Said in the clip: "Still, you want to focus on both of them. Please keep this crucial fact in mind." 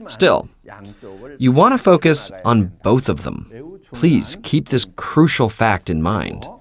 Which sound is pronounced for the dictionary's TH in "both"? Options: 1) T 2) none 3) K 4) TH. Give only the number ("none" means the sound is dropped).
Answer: 4